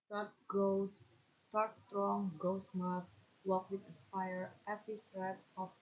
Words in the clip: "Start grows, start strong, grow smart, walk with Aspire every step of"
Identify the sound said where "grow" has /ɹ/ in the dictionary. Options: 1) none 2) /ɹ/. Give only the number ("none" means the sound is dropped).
1